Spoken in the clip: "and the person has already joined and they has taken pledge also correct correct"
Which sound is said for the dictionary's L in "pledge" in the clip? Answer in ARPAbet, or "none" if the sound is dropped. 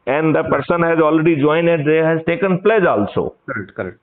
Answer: L